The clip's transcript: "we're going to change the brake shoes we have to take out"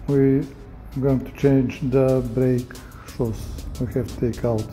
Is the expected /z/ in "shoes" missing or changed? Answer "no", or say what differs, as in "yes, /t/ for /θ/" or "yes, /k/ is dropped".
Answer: yes, /s/ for /z/